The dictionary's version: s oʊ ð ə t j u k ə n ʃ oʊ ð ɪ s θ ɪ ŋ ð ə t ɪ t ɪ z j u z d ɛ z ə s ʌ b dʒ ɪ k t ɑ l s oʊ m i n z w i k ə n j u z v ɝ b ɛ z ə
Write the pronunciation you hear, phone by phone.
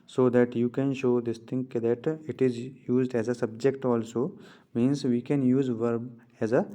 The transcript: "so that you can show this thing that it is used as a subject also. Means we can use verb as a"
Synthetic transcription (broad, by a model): s oʊ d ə t j u k ə n ʃ oʊ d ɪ s t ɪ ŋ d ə t ɪ t ɪ z j u z d ɛ z ə s ʌ b dʒ ɪ k t ɑ l s oʊ m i n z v i k ə n j u z v ɝ b ɛ z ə